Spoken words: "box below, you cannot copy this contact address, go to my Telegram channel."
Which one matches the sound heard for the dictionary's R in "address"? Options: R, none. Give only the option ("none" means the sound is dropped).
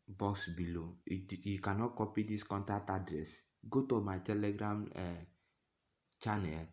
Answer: R